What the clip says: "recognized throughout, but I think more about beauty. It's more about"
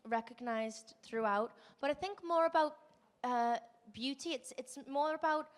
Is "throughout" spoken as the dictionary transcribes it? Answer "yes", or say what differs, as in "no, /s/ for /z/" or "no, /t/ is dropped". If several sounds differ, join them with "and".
yes